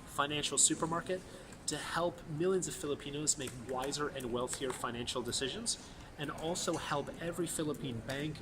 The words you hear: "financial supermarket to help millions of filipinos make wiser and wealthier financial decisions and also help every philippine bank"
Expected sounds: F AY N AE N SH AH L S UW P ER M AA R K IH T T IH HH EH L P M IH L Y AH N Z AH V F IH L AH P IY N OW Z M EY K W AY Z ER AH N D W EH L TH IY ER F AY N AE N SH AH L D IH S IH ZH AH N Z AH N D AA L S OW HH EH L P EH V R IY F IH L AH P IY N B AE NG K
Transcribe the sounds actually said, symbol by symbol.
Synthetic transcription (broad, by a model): F AY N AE N SH L S UW P ER M AA R K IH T T IH HH EH L P M IH L Y AH N Z AH V F IH L AH P IY N OW Z M EY K W AY Z ER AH N W EH L TH IY ER F AY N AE N SH L D IH S IH ZH AH N Z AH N AA L S OW HH EH L P EH V R IY F IH L AH P IY N B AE NG K